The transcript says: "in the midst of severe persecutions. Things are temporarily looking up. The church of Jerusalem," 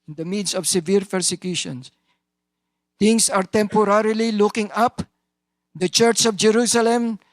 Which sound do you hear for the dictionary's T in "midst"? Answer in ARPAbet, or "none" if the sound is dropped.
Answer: none